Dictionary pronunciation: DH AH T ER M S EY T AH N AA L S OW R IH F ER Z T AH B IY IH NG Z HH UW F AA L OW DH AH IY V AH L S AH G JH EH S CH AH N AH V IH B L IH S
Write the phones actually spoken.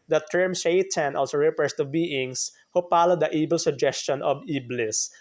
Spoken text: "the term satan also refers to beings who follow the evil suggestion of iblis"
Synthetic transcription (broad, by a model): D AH T ER M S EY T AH N AA L S OW R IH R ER S T AH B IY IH NG S HH UW P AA L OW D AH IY B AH L S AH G JH EH S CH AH N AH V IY B L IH S